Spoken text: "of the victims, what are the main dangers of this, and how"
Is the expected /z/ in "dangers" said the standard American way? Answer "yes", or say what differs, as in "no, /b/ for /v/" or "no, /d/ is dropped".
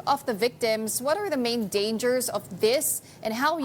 yes